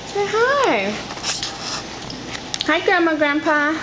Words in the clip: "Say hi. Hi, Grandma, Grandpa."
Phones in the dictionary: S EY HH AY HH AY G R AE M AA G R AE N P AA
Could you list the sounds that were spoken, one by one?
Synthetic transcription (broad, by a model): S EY HH AY HH AY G AE M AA G R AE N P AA